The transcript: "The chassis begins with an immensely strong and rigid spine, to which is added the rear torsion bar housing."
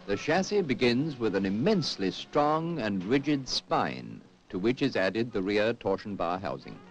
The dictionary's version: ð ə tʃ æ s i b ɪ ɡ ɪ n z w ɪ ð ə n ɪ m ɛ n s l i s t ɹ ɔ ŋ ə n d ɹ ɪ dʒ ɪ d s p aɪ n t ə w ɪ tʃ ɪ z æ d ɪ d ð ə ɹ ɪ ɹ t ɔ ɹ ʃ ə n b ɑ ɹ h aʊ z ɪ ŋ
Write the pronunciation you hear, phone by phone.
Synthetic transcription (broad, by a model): ð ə ʃ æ s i b ɪ ɡ ɪ n z w ɪ ð ə n ɪ m ɛ n s l i s t ɹ ɔ ŋ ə n ɹ ɪ dʒ ɪ d s p aɪ n t ə w ɪ tʃ ɪ z æ d ɪ d ð ə ɹ ɪ ɹ t ɔ ɹ ʃ n b ɑ ɹ h aʊ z ɪ ŋ